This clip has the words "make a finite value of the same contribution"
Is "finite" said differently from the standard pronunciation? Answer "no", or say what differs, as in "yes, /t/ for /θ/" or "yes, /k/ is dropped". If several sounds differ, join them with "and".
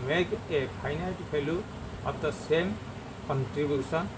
yes, /p/ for /f/